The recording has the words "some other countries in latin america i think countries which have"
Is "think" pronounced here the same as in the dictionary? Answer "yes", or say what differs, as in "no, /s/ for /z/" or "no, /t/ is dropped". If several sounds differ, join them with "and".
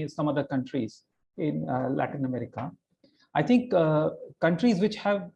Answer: no, /t/ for /θ/